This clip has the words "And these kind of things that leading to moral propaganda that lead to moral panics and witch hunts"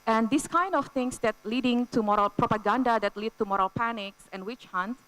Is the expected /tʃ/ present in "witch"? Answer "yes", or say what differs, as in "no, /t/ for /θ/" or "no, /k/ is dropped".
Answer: yes